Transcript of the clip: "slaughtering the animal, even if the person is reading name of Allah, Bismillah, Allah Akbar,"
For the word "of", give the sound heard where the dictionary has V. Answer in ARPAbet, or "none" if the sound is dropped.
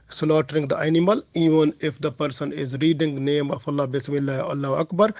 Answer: F